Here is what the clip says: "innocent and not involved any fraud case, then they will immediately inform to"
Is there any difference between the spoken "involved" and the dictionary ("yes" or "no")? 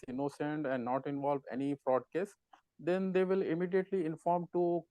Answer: yes